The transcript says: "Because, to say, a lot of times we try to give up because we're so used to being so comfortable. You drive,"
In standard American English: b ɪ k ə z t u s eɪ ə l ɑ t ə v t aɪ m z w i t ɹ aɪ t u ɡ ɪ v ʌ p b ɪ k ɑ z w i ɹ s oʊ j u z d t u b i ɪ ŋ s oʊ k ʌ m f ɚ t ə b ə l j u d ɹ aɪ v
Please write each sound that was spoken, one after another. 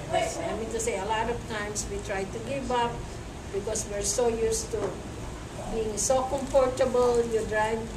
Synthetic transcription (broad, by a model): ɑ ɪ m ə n t u s eɪ ə l ɑ t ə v t aɪ m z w i t ɹ aɪ t u ɡ ɪ v ʌ p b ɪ k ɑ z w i ɹ s oʊ j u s t u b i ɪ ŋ s oʊ k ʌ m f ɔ t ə b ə l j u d ɹ aɪ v